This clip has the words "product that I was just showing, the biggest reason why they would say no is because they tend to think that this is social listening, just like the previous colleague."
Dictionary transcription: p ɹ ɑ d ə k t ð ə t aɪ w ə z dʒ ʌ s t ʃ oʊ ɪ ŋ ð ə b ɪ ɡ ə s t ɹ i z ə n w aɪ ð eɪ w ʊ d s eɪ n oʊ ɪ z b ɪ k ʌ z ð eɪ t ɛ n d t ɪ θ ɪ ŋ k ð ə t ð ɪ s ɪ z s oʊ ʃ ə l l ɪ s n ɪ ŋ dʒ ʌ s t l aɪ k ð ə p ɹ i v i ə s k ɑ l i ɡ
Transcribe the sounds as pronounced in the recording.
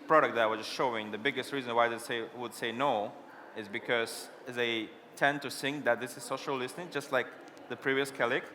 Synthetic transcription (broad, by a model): p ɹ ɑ d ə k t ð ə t aɪ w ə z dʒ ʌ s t ʃ oʊ ɪ ŋ ð ə b ɪ ɡ ə s t ɹ i z ə n w aɪ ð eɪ w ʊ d s eɪ n oʊ ɪ z b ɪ k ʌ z ð eɪ t ɛ n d t ɪ s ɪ ŋ ð ə t ð ɪ s ɪ z s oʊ ʃ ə l l ɪ s n ɪ ŋ dʒ ʌ s t l aɪ k ð ə p ɹ i v i ə s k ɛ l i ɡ